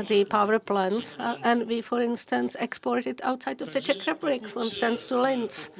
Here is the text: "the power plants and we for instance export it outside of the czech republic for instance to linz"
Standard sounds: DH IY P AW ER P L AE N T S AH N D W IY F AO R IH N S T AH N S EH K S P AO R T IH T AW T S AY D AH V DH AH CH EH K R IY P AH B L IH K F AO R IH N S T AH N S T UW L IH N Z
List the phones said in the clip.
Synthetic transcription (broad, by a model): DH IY P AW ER P L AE N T AH N D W IY F AO R IH N S T AH N S EH K S P AO R T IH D AW T S AY D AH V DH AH CH EH K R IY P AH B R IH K F AO R IH N S T AH N S T UW L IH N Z